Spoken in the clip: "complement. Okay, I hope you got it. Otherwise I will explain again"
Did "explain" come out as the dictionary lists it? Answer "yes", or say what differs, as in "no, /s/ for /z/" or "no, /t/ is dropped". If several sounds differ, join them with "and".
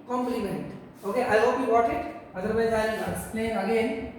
no, /k/ is dropped and /n/ is dropped